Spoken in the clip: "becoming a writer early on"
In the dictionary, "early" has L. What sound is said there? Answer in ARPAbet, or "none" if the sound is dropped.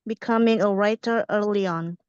L